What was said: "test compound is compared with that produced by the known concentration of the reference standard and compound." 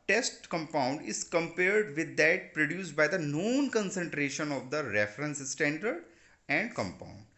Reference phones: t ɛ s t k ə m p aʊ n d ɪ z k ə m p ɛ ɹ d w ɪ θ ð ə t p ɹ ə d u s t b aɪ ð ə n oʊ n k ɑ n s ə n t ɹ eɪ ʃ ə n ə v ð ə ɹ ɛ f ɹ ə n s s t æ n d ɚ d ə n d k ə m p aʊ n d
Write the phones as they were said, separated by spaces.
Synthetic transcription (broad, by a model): t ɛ s t k ə m p aʊ n d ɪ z k ə m p ɛ ɹ d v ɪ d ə t p ɹ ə d u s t b aɪ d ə n oʊ n k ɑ n s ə n t ɹ eɪ ʃ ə n ə v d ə ɹ ɛ f ɹ ə n s s t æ n d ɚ d ə n d k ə m p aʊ n d